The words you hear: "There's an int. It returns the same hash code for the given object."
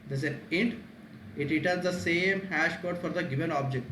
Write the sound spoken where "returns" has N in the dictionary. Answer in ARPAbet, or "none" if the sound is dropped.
none